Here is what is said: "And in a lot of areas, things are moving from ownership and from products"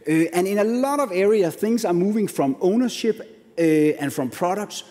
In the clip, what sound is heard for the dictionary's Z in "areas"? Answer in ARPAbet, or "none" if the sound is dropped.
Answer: none